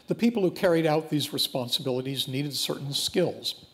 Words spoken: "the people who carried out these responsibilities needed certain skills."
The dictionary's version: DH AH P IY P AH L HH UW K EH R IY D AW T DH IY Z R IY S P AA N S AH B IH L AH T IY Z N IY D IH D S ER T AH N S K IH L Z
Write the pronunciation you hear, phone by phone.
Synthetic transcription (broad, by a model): DH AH P IY P L HH UW K EH R IY D AW T DH IY Z R IY S P AA N S AH B IH L AH T IY Z N IY D IH D S ER T N S K IH L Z